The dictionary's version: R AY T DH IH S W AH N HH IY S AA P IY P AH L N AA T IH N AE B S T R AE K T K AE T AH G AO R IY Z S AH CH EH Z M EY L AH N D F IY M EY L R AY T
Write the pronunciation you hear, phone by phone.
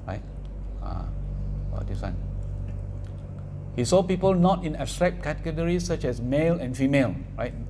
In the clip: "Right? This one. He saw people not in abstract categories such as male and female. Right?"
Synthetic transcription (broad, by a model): R AY T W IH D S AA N HH IY S AA P IY P AH L N AA T IH N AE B S T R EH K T K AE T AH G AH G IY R S AH CH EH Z M EY L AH N F IY M EY L R AY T